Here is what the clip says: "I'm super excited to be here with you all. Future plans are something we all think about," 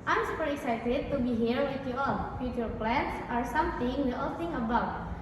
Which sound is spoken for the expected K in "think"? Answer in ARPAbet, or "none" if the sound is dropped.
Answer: none